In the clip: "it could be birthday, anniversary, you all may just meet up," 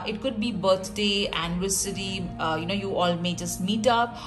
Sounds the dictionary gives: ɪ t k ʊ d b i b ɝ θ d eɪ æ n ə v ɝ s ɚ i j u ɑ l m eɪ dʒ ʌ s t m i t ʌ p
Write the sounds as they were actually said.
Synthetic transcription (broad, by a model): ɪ t k ʊ d b i b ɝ t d eɪ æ n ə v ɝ s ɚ i j u ɑ l m eɪ dʒ ʌ s t m i t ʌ p